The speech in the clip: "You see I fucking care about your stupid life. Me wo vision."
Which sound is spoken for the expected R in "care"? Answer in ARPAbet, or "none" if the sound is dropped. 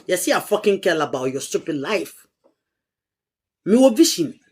L